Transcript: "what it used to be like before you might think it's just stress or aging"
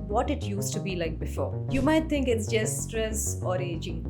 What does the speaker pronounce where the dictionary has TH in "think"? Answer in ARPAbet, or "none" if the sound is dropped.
T